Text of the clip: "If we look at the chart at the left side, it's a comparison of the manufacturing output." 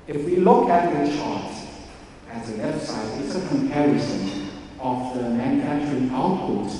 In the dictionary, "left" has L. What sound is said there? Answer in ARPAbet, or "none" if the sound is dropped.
W